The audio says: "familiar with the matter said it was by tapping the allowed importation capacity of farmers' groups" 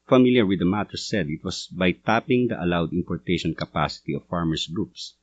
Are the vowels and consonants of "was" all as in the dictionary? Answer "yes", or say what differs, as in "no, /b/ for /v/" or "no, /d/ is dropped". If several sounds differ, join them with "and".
no, /s/ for /z/